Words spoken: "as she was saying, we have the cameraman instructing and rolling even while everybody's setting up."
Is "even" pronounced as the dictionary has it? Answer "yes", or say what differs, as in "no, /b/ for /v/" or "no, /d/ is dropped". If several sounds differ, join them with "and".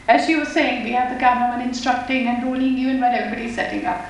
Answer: no, /v/ is dropped